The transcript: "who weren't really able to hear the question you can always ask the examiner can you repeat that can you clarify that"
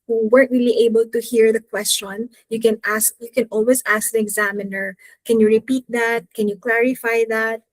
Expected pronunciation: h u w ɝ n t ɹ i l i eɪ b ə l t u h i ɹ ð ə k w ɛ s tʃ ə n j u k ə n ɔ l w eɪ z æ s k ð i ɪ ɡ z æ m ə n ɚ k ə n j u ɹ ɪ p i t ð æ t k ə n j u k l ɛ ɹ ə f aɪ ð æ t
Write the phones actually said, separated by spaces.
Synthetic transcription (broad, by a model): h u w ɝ t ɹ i l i eɪ b ə l t u h i ɹ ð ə k w ɛ s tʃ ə n j u k ə n ɔ l w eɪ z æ s k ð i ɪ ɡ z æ m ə n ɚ k ə n j u ɹ ɪ p i t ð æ t k ə n j u k l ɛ ɹ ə f aɪ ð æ t